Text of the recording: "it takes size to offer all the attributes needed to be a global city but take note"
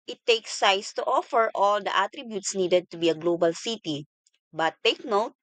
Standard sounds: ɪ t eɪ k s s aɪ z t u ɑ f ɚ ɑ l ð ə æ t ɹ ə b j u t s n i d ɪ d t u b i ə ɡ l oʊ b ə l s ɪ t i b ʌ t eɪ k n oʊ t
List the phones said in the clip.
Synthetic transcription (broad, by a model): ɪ t eɪ k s s aɪ s t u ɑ f ɚ ɑ l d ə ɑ t ɹ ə b j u t s n i d ɪ d t u b i ə ɡ l oʊ b ə l s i t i b ʌ t eɪ k n oʊ t